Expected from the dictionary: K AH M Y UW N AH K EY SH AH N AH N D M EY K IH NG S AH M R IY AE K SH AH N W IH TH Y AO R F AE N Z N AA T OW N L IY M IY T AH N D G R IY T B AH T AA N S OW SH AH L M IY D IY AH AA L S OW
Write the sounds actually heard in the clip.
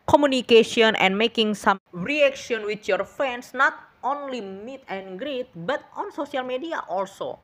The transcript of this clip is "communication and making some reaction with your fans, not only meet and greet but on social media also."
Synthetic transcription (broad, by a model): K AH M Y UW N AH K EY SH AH N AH N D M EY K IH NG S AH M R IY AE K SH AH N W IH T Y AO R F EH N S N AA T OW N L IY M IY T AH N G R IY T B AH T AA N S OW S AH L M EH D IY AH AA L S OW